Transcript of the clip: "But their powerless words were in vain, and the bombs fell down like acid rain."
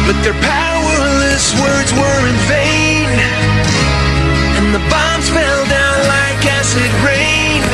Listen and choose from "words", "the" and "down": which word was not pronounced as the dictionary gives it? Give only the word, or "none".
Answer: none